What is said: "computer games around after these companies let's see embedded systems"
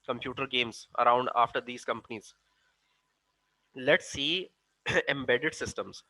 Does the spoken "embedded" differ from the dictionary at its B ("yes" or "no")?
no